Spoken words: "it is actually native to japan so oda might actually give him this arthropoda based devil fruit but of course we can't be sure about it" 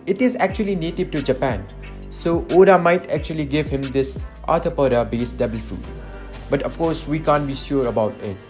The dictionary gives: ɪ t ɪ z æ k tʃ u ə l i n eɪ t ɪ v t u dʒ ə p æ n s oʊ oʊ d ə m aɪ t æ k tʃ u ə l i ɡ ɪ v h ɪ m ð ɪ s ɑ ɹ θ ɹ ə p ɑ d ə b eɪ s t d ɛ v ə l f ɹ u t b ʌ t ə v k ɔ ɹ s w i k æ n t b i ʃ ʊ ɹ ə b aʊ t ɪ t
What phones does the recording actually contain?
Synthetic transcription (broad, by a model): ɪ t ɪ z æ k tʃ u ə l i n eɪ t ɪ v t u dʒ ə p æ n s oʊ oʊ d ə m aɪ t æ k tʃ u ə l i ɡ ɪ v h ɪ m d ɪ s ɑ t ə p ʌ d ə b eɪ s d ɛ b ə l f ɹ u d b ʌ t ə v k ɔ ɹ s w i k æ n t b i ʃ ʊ ɹ ə b aʊ t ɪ t